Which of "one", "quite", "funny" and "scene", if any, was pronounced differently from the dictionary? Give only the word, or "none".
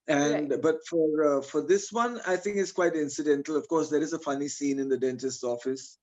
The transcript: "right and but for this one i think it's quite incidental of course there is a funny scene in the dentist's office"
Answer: none